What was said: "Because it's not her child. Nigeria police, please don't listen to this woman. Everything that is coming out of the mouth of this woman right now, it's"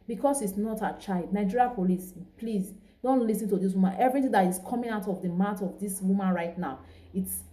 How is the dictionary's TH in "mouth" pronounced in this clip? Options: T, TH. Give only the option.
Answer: T